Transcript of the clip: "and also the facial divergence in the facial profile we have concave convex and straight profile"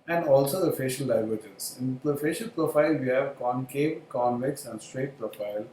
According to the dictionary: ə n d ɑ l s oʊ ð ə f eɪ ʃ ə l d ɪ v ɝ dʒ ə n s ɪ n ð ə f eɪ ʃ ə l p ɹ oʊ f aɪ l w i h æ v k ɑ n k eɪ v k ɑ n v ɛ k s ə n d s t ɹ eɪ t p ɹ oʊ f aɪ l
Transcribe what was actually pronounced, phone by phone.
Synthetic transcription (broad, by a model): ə n d ɑ l s oʊ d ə f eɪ ʃ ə l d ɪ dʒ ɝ z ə n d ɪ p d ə f eɪ ʃ ə l p ɹ oʊ f aɪ l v i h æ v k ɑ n k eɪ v k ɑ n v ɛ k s ə n d s t ɹ eɪ t p ɹ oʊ f aɪ l